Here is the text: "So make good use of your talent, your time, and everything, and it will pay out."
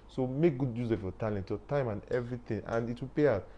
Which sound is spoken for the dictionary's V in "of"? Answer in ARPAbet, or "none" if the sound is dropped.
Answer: F